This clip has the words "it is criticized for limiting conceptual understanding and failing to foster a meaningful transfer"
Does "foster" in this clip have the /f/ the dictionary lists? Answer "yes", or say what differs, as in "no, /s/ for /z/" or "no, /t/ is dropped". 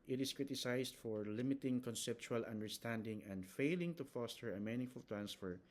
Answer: yes